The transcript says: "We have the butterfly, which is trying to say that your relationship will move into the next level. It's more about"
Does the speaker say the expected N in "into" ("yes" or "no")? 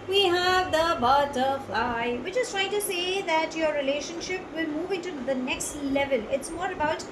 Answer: yes